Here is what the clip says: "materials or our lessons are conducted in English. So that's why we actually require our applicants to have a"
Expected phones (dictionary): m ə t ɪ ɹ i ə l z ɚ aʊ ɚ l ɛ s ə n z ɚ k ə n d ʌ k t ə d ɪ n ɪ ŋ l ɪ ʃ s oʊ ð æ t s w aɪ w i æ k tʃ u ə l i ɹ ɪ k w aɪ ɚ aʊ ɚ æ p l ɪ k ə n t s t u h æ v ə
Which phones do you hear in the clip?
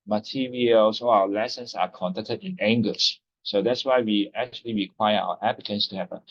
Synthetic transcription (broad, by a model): m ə t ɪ ɹ i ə l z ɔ aʊ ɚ l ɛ s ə n s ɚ k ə n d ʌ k t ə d ɪ n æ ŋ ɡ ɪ s s oʊ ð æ t s w aɪ w i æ k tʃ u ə l i ɹ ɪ k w aɪ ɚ aʊ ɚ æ p l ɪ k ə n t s t u h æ p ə